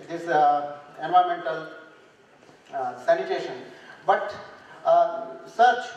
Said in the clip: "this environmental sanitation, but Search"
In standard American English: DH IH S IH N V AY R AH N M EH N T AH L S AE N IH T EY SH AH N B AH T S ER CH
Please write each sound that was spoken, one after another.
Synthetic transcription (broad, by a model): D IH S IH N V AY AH M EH N T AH L S AE N IH T EY SH AH N B AH T S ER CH